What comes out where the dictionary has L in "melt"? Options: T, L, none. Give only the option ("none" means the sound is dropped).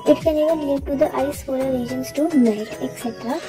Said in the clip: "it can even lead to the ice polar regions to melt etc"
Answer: none